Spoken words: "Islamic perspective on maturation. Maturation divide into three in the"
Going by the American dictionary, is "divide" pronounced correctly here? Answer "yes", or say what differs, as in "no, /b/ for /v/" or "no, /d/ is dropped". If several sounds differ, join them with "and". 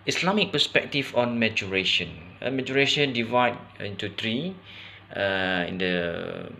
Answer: yes